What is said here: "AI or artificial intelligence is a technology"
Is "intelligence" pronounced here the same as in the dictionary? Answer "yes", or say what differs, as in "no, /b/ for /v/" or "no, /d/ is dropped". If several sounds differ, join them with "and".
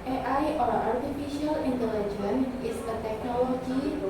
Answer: no, /s/ is dropped